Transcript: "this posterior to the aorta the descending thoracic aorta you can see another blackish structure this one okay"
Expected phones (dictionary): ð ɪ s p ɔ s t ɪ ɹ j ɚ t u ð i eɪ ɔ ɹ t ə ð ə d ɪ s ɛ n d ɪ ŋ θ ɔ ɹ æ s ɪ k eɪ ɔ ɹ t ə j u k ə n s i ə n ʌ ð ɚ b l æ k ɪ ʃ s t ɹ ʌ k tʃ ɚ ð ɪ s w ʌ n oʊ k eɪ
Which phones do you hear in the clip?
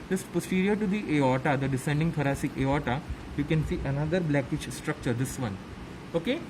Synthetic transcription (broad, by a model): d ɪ s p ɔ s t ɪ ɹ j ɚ t u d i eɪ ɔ t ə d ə d ɪ s ɛ n d ɪ ŋ t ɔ ɹ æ s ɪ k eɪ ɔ t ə j u k ə n s i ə n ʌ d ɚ b l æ k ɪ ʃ s t ɹ ʌ k tʃ ɚ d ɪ s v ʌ n oʊ k eɪ